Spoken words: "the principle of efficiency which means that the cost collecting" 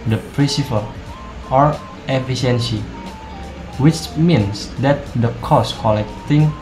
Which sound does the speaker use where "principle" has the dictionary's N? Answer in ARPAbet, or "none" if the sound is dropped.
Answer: none